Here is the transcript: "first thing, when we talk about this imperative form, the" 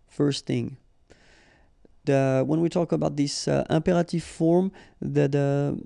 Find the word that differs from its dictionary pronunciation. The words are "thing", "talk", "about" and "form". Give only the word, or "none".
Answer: none